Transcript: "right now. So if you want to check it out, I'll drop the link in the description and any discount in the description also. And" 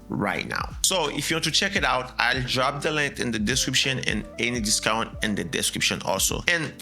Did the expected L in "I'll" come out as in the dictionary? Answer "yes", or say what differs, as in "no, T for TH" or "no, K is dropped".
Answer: yes